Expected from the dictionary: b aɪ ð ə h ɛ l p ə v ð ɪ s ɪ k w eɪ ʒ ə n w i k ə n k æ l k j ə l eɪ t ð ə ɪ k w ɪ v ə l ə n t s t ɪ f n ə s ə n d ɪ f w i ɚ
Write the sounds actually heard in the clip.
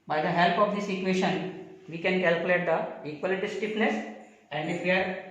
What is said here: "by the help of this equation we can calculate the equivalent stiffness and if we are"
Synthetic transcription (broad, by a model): b aɪ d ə h ɛ l p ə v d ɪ s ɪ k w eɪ ʃ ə n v i k ə n k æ l k j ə l eɪ t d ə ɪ k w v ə l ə t s t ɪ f n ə s ə n d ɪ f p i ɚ